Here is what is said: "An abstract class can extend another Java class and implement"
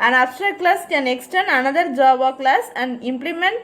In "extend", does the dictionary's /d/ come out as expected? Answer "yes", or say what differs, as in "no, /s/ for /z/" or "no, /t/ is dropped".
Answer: no, /d/ is dropped